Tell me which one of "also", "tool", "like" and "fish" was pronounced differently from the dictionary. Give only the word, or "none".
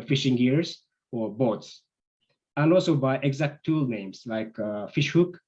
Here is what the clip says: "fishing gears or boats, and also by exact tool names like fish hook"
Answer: none